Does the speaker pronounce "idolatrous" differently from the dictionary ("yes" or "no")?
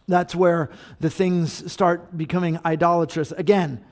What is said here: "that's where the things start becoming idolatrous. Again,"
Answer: no